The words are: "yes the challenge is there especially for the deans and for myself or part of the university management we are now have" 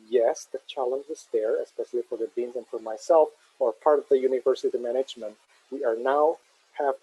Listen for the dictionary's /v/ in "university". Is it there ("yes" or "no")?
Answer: yes